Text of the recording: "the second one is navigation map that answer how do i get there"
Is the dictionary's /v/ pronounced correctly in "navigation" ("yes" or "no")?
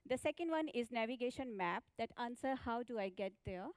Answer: yes